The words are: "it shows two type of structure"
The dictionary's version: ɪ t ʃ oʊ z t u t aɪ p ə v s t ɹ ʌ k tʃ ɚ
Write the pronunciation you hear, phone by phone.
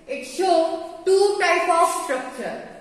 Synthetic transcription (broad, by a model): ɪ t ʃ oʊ t u t aɪ p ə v s t ɹ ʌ k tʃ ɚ